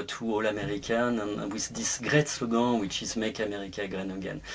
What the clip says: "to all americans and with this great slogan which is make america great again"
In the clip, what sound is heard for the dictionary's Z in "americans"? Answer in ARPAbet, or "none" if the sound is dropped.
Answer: none